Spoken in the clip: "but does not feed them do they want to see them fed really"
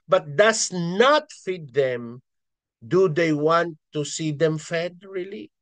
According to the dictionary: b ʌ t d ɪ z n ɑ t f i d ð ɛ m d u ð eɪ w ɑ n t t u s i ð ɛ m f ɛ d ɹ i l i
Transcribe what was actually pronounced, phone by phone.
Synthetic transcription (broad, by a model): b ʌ t d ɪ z n ɑ t f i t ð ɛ m d u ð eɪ w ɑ n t t u s i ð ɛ m f ɛ d ɹ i l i